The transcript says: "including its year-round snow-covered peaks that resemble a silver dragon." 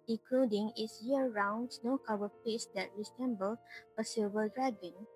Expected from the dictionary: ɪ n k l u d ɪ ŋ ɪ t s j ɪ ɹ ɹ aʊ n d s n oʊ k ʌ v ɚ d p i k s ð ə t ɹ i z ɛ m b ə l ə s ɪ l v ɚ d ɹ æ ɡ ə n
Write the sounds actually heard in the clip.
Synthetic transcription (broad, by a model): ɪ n k l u d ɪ ŋ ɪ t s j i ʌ ɹ aʊ n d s n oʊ k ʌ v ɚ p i s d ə t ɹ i s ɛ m b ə l ə s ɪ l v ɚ d ɹ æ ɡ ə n